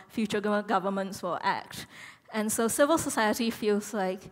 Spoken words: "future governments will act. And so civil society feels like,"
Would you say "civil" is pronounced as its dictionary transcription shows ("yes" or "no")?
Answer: yes